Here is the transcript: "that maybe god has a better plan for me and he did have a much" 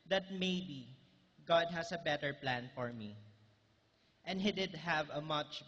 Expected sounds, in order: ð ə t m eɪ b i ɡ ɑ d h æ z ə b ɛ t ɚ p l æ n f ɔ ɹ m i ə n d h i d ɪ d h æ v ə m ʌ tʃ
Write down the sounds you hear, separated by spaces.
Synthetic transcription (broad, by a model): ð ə t m eɪ b i ɡ ɑ d h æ s ə b ɛ t ɚ p l æ n f ɔ ɹ m i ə n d h i d ɪ d h æ v ə m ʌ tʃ